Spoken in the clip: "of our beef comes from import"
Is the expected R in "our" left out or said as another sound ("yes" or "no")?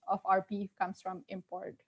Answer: no